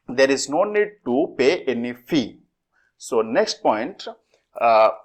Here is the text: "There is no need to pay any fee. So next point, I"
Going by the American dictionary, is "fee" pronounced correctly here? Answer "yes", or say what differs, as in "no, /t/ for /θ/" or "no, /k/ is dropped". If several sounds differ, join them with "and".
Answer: yes